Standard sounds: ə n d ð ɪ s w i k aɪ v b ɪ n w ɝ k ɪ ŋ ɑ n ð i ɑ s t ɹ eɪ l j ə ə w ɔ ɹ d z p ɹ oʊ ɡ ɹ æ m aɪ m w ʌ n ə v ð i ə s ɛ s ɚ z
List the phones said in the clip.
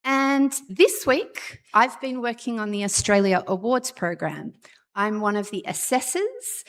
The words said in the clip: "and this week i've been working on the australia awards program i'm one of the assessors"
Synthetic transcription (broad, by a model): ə n ð ɪ s w i k aɪ v b ɪ n w ɝ k ɪ ŋ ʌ n ð i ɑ s t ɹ eɪ l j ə ə w ɔ ɹ d z p ɹ oʊ ɡ ɹ æ m aɪ m w ʌ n ə v ð i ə s ɛ s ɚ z